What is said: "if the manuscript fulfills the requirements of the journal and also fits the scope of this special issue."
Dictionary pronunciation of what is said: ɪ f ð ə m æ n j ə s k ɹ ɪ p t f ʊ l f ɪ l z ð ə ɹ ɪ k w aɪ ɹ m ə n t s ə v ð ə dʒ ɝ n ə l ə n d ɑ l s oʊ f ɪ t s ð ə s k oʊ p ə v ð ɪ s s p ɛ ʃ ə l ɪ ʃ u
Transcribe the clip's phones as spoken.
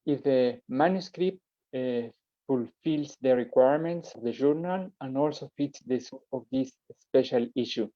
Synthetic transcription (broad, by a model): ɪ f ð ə m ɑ n j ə s k ɹ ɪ p t f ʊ l f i l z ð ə ɹ ɪ k w aɪ ɹ m ə n t s ə v ð ə ʒ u n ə l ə n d ɑ l s oʊ f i t s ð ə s oʊ ə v ð ɪ s s p ɛ ʃ ə l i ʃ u